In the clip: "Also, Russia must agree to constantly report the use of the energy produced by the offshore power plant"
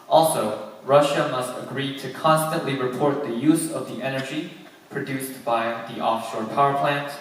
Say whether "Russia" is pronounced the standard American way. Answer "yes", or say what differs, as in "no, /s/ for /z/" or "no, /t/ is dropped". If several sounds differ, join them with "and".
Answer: yes